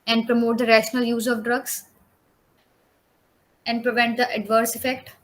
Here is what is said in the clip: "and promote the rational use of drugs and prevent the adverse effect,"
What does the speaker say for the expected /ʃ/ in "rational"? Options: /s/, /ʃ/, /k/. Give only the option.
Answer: /ʃ/